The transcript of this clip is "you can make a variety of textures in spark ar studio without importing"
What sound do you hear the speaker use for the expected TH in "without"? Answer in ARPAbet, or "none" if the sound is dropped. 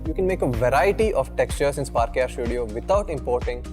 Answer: T